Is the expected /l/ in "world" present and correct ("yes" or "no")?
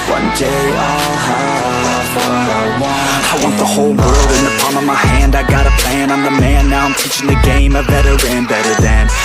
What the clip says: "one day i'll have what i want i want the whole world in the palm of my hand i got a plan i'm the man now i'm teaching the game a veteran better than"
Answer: yes